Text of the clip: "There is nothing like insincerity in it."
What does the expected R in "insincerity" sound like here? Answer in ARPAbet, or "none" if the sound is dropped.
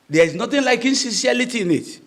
L